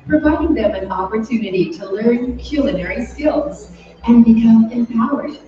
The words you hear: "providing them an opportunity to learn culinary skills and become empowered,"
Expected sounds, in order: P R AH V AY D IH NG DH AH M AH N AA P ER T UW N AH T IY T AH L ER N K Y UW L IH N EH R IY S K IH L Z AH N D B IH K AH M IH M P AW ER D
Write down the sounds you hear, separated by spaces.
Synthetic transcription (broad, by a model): P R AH V AY D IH NG DH AH M AH N AA P ER T UW N AH T IY T AH L ER N K Y UW L IH N EH R IY S K IH L Z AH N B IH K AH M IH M P AW ER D